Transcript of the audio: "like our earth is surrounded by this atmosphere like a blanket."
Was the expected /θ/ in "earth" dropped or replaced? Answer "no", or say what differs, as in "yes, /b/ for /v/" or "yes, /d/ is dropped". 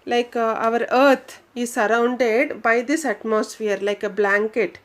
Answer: yes, /t/ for /θ/